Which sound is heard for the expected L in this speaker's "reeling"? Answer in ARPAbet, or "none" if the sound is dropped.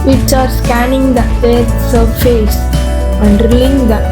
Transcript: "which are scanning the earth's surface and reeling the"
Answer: none